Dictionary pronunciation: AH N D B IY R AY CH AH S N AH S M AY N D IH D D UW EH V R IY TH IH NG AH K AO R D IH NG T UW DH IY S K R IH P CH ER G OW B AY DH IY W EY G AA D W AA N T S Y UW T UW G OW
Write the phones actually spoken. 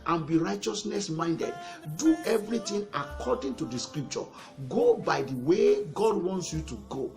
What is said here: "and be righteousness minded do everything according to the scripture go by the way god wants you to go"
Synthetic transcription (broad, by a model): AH N B IY R AY CH AH S N AH S M AY N D IH D D UW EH V R IY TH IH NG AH K AO D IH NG T UW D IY S K R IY P CH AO G OW B AY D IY W EY G AA D W AA N T S Y UW T UW G OW